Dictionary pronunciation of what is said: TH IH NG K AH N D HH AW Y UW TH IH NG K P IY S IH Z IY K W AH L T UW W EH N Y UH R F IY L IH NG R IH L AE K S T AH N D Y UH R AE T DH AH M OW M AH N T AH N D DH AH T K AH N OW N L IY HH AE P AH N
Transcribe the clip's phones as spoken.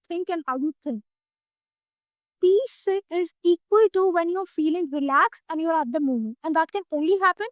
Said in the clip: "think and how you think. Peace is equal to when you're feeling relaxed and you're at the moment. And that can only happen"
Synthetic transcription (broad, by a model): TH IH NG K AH N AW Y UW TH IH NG P IY S IH Z IY K W AH L T UW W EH N Y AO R F IY L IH NG R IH L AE K S AH N Y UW R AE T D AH M OW M AH N T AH N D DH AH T K AH N OW N L IY HH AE P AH N